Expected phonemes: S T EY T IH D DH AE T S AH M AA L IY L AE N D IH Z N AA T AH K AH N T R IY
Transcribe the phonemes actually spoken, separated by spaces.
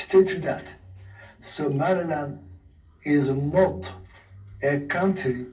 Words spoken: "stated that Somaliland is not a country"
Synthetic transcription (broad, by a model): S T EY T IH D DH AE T S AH M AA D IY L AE N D IH Z N AA T AH K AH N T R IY